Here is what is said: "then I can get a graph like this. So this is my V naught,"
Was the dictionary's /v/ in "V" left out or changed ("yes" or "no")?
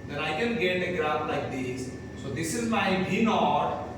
yes